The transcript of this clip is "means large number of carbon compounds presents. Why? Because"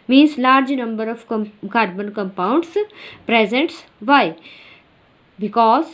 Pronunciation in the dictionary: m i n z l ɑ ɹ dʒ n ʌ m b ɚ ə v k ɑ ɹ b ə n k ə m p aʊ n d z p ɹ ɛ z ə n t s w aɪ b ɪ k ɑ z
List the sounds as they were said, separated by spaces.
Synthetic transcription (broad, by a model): m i n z l ɑ ɹ dʒ n ʌ m b ɚ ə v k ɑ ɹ b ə n k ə m p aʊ n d s p ɹ ɛ z ə n t s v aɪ b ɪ k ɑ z